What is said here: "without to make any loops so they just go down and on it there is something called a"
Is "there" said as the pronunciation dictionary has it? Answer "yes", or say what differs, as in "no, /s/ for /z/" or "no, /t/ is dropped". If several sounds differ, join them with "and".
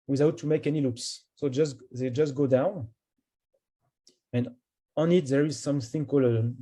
yes